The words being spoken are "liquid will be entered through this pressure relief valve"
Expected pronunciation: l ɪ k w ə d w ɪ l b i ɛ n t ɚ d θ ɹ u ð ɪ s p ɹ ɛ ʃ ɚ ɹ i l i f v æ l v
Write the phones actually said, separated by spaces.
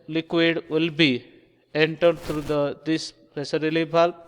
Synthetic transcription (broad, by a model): l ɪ k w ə d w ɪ l b i ɛ n t ɚ d t ɹ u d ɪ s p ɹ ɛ s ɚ ɹ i l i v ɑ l